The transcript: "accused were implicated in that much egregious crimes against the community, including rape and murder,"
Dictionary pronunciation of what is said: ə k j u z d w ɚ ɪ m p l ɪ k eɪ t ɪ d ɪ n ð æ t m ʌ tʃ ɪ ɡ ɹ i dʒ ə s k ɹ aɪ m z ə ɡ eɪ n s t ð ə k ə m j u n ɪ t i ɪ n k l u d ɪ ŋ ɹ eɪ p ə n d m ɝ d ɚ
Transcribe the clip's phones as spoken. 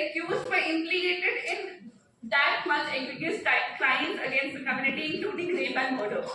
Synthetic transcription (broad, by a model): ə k j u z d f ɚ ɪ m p l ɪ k eɪ t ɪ d ɪ n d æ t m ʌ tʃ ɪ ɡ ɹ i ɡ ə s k l aɪ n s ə ɡ eɪ n s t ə k ə m j u n ɪ t i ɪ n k l u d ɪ ŋ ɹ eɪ b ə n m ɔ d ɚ